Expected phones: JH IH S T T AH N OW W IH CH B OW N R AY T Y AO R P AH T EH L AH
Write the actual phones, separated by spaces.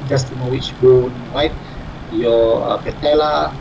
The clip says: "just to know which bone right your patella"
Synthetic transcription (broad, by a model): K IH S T T AH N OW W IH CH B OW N W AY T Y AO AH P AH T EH L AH